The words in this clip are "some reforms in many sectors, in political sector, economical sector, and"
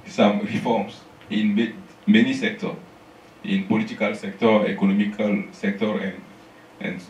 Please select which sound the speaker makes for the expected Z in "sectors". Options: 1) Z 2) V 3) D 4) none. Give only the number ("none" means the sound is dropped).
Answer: 4